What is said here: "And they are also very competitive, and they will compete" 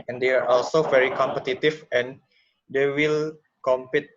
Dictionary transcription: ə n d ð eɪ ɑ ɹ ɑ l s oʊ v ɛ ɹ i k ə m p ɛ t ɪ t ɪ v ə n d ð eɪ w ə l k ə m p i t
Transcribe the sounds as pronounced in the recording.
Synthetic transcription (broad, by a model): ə n d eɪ ɑ ɹ ɑ l s oʊ v ɛ ɹ i k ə m p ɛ t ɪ t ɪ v ə n d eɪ w ə l k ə m p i t